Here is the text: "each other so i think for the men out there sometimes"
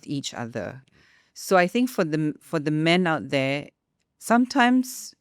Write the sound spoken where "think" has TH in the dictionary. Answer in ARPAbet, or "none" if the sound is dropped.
TH